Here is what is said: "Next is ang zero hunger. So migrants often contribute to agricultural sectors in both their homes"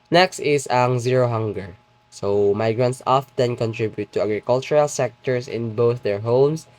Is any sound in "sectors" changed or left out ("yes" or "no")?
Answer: yes